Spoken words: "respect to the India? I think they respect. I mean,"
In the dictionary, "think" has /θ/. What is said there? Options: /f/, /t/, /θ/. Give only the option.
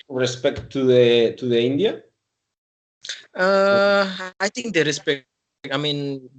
/t/